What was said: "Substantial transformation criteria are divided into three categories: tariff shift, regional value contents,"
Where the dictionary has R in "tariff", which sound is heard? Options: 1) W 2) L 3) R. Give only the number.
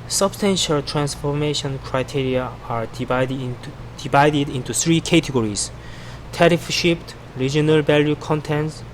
3